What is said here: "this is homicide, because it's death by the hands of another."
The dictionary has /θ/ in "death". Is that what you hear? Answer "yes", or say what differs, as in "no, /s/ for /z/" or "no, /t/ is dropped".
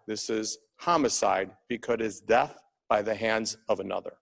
yes